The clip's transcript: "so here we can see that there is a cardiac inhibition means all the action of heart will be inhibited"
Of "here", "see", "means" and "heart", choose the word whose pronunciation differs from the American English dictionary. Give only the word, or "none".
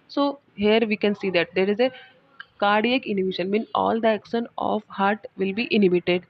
means